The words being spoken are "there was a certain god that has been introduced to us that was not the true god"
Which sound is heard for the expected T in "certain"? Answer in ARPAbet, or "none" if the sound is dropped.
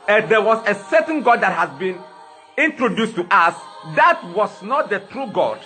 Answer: S